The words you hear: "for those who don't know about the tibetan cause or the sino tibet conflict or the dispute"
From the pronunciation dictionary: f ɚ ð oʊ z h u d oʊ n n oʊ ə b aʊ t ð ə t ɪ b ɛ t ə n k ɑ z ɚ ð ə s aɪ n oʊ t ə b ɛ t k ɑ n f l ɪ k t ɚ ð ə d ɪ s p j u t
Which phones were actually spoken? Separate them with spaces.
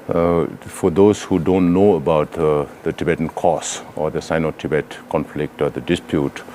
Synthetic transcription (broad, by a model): f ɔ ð oʊ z h u d oʊ n n oʊ ə b aʊ t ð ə t ɪ b ɛ t ə n k ɑ s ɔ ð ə s aɪ n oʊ t ə b ɛ t k ɑ n f l ɪ k t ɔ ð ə d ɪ s p j u t